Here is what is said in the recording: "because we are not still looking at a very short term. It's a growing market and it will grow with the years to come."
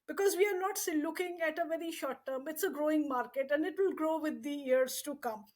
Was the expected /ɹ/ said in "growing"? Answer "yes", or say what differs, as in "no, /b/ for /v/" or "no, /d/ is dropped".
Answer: yes